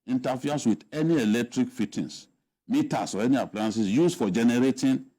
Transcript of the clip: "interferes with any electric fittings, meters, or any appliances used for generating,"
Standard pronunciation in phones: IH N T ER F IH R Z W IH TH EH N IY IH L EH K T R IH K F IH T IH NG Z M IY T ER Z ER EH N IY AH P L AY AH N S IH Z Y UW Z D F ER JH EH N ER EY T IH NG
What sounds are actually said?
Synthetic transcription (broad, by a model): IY N T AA F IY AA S W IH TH EH N IY IH L EH K T R IH K F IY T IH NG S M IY T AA S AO EH N IY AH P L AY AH N S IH S Y UW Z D F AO JH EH N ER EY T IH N